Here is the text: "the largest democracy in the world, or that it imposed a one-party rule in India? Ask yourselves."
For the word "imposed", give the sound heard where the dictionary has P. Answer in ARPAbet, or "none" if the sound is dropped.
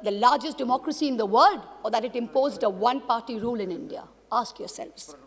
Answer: P